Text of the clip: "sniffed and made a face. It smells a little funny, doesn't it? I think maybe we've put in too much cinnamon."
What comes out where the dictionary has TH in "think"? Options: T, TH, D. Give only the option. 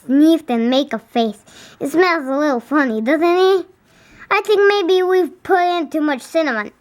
TH